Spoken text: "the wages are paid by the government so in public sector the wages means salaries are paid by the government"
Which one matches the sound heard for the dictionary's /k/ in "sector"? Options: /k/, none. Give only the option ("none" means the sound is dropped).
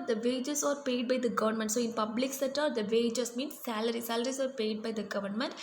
none